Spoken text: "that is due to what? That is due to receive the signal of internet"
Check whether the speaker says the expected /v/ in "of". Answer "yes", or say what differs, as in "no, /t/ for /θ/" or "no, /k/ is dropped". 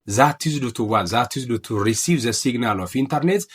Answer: no, /f/ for /v/